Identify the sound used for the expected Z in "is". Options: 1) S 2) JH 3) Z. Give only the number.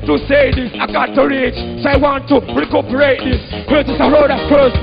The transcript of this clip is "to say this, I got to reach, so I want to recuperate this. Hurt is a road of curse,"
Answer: 1